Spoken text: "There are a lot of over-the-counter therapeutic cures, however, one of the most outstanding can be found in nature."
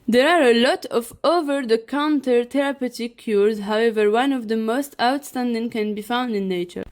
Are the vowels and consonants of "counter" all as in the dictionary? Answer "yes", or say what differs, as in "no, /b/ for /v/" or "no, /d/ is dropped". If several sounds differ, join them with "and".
yes